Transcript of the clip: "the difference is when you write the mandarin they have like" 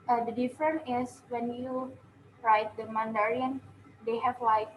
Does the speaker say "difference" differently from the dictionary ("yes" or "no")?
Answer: yes